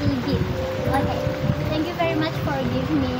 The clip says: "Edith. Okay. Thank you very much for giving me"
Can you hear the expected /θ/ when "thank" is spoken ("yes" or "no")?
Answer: no